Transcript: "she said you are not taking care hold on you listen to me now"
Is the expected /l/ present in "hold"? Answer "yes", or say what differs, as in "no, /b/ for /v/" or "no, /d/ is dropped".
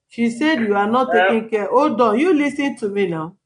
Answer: no, /l/ is dropped